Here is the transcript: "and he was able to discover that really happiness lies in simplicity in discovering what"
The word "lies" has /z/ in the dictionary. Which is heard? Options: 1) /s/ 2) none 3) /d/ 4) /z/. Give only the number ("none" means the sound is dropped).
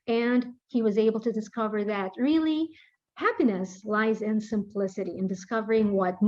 4